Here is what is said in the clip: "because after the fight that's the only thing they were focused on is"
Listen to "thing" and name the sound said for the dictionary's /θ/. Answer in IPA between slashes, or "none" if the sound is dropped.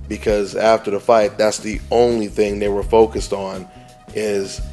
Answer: /θ/